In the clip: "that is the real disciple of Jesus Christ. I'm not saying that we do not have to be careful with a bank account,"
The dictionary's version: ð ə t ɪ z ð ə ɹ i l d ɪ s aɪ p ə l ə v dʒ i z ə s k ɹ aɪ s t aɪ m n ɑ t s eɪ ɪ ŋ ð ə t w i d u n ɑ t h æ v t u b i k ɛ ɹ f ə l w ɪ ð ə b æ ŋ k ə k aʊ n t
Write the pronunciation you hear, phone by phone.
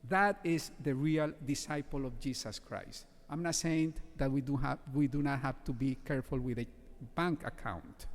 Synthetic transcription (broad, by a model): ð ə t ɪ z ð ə ɹ i l d ɪ s aɪ p ə l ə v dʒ i s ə s k ɹ aɪ s t aɪ m n ɑ t s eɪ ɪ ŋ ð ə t w i d u n ɑ t h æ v t u b i k ɛ ɹ f ə l w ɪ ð ə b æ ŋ k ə k aʊ n t